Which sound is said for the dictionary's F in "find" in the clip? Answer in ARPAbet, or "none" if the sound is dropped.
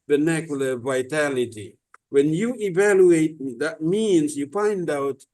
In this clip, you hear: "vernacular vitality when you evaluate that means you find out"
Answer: P